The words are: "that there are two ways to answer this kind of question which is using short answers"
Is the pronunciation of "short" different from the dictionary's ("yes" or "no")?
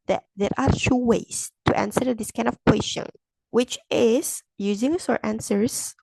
yes